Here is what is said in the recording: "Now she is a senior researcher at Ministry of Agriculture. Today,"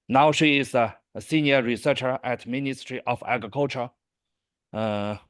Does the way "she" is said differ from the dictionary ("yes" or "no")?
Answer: no